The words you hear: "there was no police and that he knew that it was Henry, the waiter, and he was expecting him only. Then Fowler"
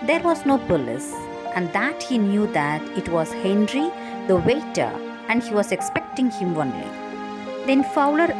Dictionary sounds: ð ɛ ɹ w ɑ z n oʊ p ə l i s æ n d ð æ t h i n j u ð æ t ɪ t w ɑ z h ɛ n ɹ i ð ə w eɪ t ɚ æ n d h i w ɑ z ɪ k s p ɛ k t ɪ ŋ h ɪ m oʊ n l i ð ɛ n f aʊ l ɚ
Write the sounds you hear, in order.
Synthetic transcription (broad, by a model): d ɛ ɹ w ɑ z n oʊ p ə l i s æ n d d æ t h i n j u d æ t ɪ t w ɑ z h ɛ n ɹ i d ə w eɪ t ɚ æ n d h i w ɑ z ɪ k s p ɛ k t ɪ ŋ h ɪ m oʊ n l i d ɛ n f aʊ l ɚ